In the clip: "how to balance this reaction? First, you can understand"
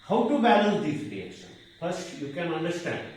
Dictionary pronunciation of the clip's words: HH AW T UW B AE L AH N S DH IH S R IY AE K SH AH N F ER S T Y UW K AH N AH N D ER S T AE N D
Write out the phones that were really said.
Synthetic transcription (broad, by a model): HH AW T UW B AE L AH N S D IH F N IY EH SH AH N P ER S Y UW K AH N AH N D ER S T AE N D